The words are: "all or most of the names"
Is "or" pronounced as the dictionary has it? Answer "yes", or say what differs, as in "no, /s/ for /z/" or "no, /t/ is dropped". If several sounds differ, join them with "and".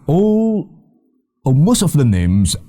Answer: no, /l/ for /ɹ/